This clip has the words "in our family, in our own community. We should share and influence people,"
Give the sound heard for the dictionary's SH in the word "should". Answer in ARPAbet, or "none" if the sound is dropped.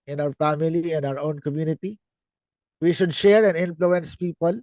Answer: SH